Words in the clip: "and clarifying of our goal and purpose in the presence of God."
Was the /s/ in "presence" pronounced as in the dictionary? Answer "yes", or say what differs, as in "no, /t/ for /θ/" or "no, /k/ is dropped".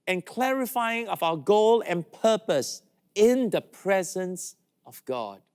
yes